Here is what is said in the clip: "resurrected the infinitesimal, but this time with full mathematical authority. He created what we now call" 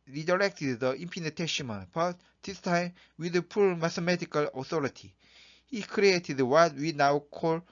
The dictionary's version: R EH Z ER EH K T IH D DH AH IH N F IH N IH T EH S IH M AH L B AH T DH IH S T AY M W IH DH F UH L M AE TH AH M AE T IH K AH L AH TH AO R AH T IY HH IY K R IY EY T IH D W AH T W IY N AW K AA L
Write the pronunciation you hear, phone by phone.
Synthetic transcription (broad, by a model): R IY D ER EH K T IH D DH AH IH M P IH N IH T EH SH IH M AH N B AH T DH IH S T AY M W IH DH P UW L M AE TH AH M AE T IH K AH L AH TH AO R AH T IY HH IY K R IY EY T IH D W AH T W IY N AW K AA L